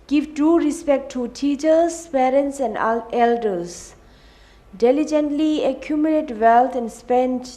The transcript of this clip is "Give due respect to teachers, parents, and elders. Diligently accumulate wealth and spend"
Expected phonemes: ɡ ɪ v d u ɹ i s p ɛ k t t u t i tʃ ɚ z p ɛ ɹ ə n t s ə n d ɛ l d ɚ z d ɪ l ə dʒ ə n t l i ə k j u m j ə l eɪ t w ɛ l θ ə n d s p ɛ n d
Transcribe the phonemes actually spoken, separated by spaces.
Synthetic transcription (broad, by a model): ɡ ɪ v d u ɹ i s p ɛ k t t u t i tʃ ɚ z p ɛ ɹ ə n t s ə n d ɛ l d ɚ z d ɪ l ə dʒ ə n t l i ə k j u m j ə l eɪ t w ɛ l t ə n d s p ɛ n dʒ